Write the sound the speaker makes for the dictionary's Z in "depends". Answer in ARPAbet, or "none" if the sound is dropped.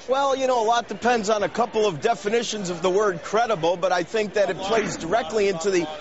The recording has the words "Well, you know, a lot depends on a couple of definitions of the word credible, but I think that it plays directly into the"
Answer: Z